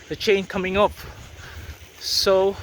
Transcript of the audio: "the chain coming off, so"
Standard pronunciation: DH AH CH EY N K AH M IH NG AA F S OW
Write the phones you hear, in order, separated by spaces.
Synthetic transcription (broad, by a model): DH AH CH EY N K AH M IH NG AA P S OW